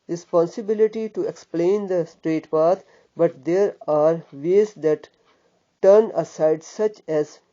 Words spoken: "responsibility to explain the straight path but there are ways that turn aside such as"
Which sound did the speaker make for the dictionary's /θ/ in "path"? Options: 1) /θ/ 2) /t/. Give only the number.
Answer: 2